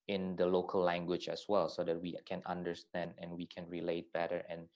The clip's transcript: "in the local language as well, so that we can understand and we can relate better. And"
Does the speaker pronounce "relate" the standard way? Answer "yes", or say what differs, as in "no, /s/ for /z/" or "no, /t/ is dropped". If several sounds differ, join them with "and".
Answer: yes